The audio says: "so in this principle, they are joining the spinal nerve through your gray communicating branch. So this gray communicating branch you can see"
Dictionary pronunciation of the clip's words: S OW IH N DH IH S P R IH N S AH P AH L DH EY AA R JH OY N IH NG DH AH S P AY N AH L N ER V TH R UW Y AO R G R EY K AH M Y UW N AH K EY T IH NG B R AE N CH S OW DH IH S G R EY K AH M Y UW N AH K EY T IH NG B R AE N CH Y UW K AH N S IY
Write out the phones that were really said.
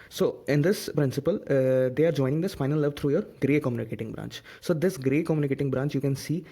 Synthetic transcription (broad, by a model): S OW IH N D IH S P R IH N S AH P AH L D EY AA R JH OY N IH NG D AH S F AY N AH L L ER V T R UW Y AO R G R EY K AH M Y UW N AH K EY T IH NG B R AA N CH S OW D IH S G R EY K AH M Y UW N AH K EY T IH NG B R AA N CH Y UW K AH N S IY